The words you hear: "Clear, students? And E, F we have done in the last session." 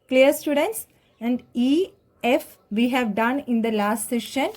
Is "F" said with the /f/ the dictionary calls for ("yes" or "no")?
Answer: yes